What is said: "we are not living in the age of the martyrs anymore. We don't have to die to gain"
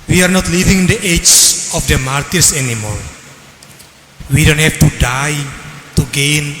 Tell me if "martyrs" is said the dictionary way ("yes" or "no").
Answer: no